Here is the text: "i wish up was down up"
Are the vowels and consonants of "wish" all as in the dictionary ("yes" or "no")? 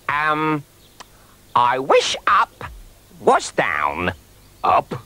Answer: yes